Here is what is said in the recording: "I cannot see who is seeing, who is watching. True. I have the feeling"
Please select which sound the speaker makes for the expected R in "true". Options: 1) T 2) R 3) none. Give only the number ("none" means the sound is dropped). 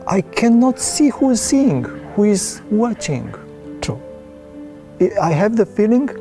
3